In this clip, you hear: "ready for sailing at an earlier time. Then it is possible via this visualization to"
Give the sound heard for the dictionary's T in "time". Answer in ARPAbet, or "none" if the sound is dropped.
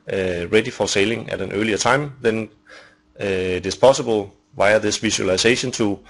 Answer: S